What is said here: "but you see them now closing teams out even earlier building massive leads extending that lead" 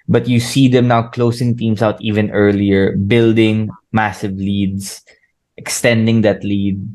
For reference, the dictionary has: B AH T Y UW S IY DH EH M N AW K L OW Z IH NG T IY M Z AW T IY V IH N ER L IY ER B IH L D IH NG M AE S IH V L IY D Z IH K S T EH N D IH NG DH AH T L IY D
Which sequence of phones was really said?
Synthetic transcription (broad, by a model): B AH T Y UW S IY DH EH M N AW K L OW S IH NG T IY M S AW T IY V IH N ER L IY ER B IH L D IH NG M AE S IH V L IY D S IH K S T EH N D IH NG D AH T L IY D